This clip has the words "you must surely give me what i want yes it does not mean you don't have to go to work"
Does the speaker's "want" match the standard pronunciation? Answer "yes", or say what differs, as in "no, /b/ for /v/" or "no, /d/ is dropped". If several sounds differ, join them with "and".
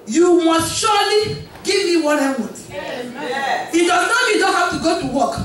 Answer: no, /n/ is dropped